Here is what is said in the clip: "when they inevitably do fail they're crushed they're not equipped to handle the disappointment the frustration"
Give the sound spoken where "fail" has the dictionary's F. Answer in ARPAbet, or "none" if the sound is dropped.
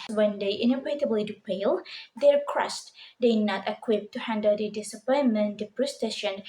P